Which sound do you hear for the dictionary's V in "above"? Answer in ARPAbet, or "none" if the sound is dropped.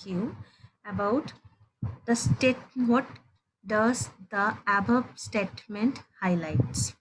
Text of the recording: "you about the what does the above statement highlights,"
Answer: B